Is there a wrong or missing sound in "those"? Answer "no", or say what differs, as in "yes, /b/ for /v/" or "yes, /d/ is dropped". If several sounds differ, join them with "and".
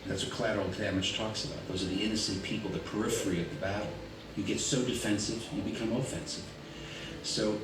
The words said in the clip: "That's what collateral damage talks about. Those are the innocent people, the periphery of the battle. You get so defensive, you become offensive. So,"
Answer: no